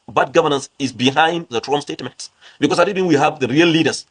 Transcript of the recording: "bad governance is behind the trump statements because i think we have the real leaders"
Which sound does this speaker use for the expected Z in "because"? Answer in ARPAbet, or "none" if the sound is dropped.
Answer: S